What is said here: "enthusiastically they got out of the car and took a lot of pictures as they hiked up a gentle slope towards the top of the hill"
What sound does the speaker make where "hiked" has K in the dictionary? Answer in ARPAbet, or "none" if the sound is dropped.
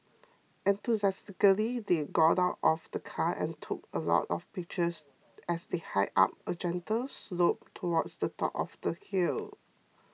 none